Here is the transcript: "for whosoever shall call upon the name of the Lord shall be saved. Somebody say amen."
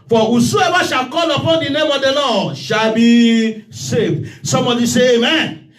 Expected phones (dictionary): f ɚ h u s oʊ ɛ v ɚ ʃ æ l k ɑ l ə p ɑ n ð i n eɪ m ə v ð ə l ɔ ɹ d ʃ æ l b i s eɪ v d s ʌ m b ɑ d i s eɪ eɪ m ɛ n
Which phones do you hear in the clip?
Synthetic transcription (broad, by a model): f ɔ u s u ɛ b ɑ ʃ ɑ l k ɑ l ə p ɑ n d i n eɪ m ə v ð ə l ɔ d ʃ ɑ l b i s eɪ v s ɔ m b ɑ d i s eɪ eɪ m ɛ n